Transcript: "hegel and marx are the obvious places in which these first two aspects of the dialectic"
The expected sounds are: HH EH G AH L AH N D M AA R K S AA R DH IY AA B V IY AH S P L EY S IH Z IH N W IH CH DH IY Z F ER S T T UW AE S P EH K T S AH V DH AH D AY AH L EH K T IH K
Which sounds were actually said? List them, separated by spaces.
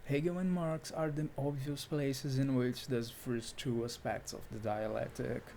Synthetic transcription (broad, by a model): HH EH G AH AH N M AA R K S AA R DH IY AA B V IY AH S P L EY S IH Z IH N W IH CH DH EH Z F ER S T T UW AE S P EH K T S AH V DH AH D AY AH L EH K T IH K